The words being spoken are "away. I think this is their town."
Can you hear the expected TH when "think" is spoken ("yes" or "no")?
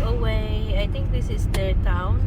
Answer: no